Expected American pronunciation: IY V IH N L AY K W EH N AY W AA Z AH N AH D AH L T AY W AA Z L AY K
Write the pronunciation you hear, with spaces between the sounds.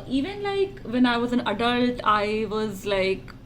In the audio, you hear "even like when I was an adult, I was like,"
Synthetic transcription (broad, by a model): IY V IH N L AY K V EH N AY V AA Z AH N AH D AH L T AY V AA Z L AY K